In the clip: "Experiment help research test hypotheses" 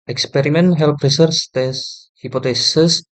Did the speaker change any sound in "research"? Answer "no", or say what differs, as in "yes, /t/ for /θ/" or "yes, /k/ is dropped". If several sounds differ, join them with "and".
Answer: yes, /s/ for /tʃ/